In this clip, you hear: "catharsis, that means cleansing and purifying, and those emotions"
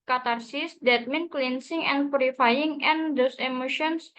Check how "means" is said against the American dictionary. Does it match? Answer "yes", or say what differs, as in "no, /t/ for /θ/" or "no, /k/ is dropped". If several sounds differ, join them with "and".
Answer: no, /z/ is dropped